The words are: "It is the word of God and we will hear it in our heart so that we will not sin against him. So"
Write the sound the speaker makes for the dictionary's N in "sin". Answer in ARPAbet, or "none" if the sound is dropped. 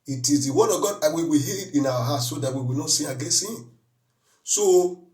none